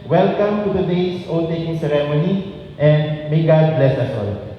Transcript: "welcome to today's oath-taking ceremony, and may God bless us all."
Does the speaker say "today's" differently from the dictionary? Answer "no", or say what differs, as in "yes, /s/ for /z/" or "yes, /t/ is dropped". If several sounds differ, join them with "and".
yes, /s/ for /z/